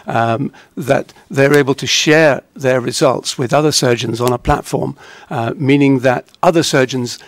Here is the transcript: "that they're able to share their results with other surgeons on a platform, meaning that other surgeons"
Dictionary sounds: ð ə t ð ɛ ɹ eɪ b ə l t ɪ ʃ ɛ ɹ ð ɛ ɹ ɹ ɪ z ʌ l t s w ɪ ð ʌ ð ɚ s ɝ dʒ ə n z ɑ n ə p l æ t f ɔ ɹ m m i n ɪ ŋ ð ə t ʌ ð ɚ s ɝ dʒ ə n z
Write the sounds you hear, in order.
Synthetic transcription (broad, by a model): ð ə t ð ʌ ɹ eɪ b ə l t ɪ ʃ ɛ ɹ ð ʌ ɹ ɹ ɪ z ʌ l t s w ɪ ð ʌ ð ɚ s ɝ dʒ ə n z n ə p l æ t f ɔ ɹ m m i n ɪ ŋ ð ə t ʌ ð ɚ s ɝ dʒ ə n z